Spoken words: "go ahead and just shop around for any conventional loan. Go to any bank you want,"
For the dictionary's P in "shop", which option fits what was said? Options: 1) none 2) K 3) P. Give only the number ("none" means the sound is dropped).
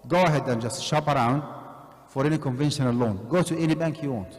3